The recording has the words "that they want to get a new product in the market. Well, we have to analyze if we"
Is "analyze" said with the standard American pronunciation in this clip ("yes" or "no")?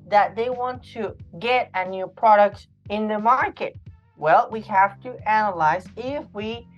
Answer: yes